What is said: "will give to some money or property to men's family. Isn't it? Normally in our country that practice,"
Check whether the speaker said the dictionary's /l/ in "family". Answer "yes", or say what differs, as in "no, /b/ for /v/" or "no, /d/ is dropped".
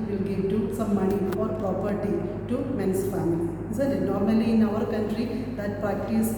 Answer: no, /l/ is dropped